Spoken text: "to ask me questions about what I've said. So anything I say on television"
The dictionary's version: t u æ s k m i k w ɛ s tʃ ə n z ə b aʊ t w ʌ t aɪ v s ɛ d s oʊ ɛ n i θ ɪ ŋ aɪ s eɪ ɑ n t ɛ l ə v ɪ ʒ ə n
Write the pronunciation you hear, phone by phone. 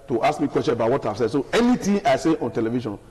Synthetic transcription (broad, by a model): t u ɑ s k m i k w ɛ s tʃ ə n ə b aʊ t w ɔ t aɪ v s ɛ d s oʊ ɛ n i t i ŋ aɪ s eɪ ɑ n t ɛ l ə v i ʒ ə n